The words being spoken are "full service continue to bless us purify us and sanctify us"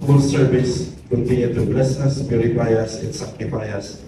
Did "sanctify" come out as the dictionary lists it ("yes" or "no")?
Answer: no